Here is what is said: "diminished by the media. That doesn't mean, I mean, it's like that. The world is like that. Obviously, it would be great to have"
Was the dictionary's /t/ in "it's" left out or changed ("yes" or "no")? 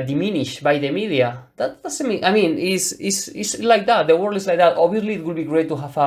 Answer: yes